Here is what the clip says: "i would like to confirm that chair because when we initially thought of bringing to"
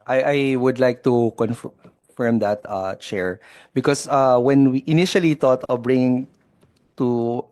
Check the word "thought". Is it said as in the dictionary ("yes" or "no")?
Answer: no